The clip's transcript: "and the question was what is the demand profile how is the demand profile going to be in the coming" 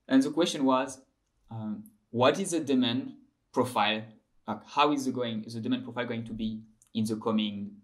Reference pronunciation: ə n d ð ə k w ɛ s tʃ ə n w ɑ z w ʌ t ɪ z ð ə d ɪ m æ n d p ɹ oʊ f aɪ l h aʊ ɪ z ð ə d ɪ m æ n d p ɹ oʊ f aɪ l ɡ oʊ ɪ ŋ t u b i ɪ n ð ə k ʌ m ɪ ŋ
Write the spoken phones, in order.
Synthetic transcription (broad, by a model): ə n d ð ə k w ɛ s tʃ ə n w ɑ z w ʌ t ɪ z ð ə d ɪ m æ n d p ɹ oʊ f aɪ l h aʊ ɪ z ð ə d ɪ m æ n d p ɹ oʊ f aɪ l ɡ oʊ ɪ ŋ t u b i ɪ n ð ə k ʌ m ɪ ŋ